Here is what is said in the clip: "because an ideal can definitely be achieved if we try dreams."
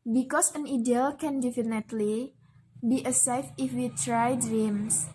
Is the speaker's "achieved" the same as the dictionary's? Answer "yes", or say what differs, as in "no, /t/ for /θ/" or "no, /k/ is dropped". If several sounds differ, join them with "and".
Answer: no, /s/ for /tʃ/